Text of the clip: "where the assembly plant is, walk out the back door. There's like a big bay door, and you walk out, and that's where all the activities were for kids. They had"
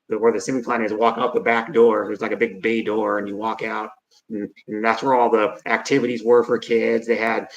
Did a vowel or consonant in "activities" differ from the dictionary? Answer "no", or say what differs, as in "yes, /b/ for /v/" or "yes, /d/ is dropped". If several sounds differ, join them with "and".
no